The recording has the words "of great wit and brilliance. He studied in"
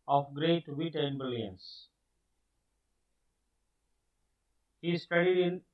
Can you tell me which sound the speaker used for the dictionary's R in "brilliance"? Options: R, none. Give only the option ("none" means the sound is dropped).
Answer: none